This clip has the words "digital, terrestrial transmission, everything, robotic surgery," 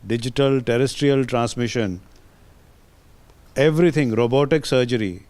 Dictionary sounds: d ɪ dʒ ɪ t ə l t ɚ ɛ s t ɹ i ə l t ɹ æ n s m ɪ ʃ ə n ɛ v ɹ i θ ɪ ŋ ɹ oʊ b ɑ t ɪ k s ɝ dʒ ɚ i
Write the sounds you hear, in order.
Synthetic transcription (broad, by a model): d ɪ dʒ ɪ t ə l t ɚ ɛ s t ɹ i ə l t ɹ æ n s m ɪ ʃ ə n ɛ v ɹ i t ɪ ŋ ɹ oʊ b ɑ t ɪ k s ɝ dʒ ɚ i